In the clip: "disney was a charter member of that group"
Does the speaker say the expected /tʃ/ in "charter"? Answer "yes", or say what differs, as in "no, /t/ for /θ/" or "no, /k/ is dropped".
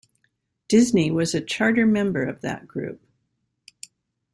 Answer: yes